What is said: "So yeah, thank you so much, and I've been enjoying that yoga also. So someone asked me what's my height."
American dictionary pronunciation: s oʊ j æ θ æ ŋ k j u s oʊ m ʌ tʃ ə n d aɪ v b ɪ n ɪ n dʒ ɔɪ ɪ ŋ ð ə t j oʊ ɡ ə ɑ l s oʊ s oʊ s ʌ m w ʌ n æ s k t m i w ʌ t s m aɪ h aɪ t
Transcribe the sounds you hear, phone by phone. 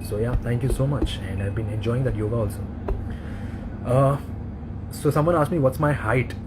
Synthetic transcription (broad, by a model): s oʊ j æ t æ ŋ k j u s oʊ m ʌ tʃ ə n d aɪ v b ɪ n ɪ n dʒ ɔɪ ɪ ŋ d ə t j oʊ ɡ ə ɑ l s oʊ s oʊ s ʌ m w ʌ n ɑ s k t m i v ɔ t s m aɪ h aɪ t